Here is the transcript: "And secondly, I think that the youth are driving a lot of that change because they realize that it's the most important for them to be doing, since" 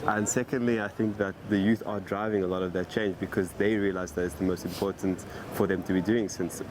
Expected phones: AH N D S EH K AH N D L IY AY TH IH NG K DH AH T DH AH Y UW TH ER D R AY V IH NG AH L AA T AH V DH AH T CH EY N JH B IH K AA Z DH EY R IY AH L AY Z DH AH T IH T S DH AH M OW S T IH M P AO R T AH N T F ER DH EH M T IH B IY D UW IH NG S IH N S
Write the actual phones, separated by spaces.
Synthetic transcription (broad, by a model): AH N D S EH K AH N D L IY AY TH IH NG K DH AH T DH AH Y UW TH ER D R AY V IH NG AH L AA T AH V DH AH T CH EY N JH B IH K AA Z DH EY R IY AH L AY Z DH AH T IH T S DH AH M OW S T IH M P AO R T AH N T F ER DH EH M T IH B IY D UW IH NG S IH N S